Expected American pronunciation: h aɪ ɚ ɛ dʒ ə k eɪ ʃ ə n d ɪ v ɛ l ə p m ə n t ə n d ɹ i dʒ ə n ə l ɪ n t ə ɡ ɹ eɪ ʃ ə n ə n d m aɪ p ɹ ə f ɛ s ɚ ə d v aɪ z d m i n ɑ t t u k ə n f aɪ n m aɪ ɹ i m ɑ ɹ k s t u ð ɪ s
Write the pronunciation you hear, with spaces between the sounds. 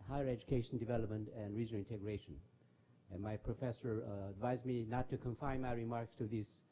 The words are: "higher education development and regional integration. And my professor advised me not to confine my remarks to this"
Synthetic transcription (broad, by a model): h aɪ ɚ ɛ dʒ ə k eɪ ʃ ə n d ɪ v ɛ l ə p m ə n t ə n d ɹ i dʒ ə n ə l ɪ n t ə ɡ ɹ eɪ ʃ ə n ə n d m aɪ p ɹ ə f ɛ s ɚ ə d v aɪ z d m i n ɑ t t u k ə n f aɪ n m aɪ ɹ i m ɑ ɹ k s t u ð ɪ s